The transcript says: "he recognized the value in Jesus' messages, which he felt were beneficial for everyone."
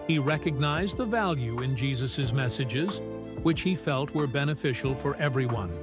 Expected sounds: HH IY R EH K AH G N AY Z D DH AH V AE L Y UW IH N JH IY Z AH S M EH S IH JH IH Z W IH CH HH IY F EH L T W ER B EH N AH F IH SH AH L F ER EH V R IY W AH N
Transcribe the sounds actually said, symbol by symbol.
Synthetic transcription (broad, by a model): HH IY R EH K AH G N AY Z DH AH V AE L Y UW IH N JH IY Z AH S M EH S IH JH IH Z W IH CH HH IY F EH L T W ER B EH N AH F IH SH L F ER EH V R IY W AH N